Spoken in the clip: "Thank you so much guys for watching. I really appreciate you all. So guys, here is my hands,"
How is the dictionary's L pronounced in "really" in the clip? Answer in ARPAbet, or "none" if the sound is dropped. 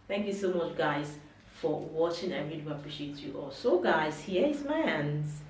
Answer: N